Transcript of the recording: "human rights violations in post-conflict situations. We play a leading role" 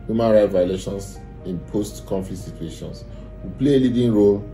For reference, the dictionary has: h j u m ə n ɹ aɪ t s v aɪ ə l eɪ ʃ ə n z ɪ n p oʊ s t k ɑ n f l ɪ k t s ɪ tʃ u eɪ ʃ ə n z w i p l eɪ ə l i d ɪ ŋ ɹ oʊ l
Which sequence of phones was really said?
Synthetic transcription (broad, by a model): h j u m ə n ɹ aɪ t v aɪ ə l eɪ ʃ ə n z ɪ n p oʊ s t k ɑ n f l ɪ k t s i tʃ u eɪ ʃ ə n s w i p l eɪ ə l i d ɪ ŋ ɹ oʊ l